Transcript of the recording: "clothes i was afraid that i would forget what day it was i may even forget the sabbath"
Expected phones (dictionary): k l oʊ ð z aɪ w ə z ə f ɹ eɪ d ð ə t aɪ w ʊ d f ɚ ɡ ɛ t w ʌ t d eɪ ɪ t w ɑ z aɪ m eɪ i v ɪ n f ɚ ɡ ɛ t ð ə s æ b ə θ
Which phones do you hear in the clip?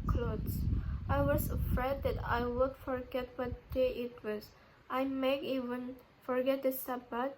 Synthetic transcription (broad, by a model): k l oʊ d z aɪ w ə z ə f ɹ eɪ d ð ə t aɪ w ʊ d f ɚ ɡ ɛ t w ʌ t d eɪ ɪ t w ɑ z aɪ m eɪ i v ɪ n f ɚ ɡ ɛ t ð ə s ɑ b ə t